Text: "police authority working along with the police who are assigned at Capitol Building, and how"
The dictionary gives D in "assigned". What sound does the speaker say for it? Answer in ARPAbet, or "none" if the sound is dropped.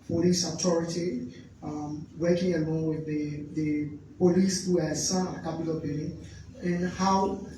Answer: none